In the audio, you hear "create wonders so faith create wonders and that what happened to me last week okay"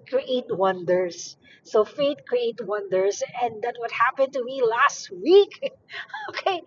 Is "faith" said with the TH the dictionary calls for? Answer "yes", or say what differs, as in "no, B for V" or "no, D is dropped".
no, T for TH